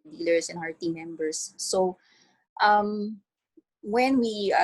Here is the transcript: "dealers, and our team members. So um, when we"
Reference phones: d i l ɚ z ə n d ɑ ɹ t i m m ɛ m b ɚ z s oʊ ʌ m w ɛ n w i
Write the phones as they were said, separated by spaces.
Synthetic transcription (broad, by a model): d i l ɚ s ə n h ɑ ɹ t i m m ɛ m b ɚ s oʊ ʌ m w ɛ n w i